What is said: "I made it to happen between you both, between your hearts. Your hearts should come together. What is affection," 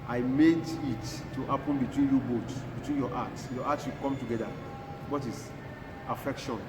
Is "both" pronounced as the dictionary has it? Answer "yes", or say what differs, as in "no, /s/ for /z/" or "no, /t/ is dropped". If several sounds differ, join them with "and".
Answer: no, /s/ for /θ/